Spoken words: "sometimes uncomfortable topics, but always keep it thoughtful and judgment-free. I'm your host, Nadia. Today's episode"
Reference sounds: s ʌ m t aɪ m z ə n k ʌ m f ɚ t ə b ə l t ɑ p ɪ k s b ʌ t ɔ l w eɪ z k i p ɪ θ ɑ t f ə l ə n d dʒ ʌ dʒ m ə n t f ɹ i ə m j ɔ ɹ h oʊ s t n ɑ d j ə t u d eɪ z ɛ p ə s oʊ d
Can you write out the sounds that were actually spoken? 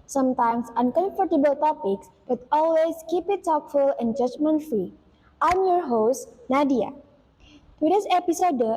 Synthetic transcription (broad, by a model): s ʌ m t aɪ m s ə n k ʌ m f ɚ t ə b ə l t ɑ p ɪ k s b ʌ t ɔ l w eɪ s k i p ɪ t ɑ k f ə l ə n dʒ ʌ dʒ m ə n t f ɹ i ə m j ɔ ɹ h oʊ s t n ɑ d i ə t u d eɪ s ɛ p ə s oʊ d